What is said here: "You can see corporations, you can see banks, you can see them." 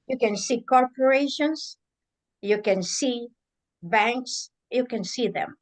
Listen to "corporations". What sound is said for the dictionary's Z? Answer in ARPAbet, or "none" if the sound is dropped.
S